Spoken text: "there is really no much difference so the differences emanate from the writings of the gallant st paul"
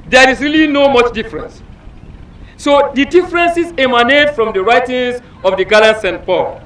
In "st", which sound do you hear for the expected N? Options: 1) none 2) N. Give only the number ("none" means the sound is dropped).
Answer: 2